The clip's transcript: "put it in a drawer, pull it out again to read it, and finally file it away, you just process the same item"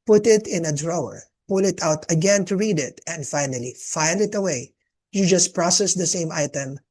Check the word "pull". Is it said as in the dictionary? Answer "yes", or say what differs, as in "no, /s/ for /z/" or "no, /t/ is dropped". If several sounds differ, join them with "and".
yes